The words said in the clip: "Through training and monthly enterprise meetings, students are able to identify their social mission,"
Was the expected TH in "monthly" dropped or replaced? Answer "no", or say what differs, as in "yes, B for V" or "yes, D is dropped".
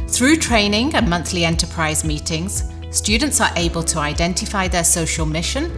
no